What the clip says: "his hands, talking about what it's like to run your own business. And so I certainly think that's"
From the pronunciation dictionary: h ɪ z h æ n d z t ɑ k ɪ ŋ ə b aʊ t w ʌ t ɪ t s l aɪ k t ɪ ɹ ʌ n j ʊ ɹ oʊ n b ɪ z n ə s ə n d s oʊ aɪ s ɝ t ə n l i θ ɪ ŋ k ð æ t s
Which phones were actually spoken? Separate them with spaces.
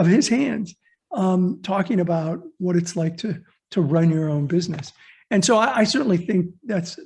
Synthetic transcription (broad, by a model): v ɪ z h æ n d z t ɑ k ɪ ŋ ə b aʊ t w ʌ t ɪ t s l aɪ k t ɪ ɹ ʌ n j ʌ ɹ oʊ n b ɪ z n ə s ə n s oʊ aɪ s ɝ t n l i θ ɪ ŋ k ð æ t s